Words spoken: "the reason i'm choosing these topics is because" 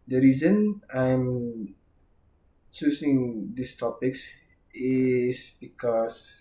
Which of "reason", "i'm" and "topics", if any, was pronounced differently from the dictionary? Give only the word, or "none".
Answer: none